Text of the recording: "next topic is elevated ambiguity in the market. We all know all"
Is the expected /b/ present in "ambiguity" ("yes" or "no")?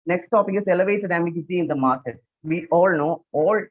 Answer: no